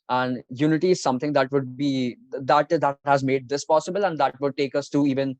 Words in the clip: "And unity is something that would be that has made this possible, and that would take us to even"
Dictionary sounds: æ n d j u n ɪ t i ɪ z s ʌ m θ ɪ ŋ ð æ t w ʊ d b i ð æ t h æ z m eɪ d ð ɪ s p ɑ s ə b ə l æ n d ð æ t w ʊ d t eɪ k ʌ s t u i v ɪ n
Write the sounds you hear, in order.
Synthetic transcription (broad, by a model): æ n d j u n ɪ t i ɪ z s ʌ m t ɪ ŋ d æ t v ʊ d b i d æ t h æ z m eɪ d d ɪ s p ɑ s ə b ə l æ n d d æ t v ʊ d t eɪ k ʌ s t u i v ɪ n